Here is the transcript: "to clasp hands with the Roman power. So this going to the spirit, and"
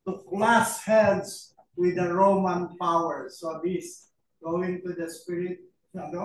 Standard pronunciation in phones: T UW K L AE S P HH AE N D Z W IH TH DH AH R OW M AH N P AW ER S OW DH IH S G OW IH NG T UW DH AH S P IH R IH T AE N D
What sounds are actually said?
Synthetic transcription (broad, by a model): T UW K L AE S HH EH L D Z W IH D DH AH R OW M AH N P AW ER S OW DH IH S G OW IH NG T UW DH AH S P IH R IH T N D